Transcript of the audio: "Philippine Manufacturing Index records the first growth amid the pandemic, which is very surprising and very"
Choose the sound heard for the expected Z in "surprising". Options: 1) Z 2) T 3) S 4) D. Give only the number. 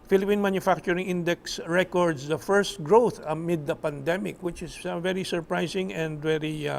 3